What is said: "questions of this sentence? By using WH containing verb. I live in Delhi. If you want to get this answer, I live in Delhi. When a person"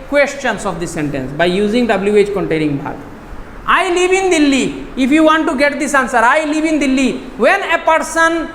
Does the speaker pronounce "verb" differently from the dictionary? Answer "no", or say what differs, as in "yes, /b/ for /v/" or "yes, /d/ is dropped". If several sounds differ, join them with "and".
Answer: yes, /b/ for /v/